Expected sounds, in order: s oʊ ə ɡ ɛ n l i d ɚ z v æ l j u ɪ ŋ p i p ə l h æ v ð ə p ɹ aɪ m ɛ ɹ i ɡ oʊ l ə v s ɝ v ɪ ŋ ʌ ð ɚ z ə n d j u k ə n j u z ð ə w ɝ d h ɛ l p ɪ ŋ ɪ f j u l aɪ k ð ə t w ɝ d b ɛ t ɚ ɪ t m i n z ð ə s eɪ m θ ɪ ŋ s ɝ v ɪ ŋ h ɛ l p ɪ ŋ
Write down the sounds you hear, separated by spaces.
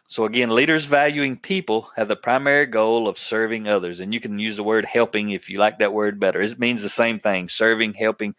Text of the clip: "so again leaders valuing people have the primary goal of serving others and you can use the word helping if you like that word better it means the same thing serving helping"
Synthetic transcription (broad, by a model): s oʊ ə ɡ ɛ n l i d ɚ z v æ l j u ɪ ŋ p i p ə l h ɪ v ð ə p ɹ aɪ m ɛ ɹ i ɡ oʊ l ə v s ɝ v ɪ ŋ ʌ ð ɚ z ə n j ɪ k n j u z ð ə w ɝ d h ɛ l p ɪ ŋ ɪ f j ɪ l aɪ k ð ə t w ɝ d b ɛ t ɚ ɪ t m i n z ð ə s eɪ m θ ɪ ŋ s ɝ v ɪ ŋ h ɛ l p ɪ ŋ